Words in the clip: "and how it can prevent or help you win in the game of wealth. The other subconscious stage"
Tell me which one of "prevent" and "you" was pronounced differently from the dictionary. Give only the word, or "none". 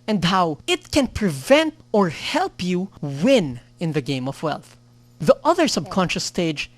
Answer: none